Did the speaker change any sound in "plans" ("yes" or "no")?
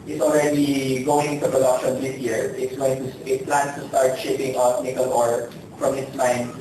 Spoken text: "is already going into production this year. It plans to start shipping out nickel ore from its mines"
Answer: yes